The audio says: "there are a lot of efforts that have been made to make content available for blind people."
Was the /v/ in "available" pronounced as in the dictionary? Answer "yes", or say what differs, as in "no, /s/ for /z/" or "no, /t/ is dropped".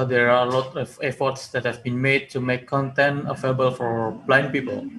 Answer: no, /f/ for /v/